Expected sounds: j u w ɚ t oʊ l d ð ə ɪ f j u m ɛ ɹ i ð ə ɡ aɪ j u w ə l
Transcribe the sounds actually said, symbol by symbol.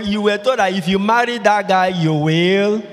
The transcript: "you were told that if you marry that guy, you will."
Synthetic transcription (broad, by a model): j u w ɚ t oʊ d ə ɪ f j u m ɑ ɹ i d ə ɡ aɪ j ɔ w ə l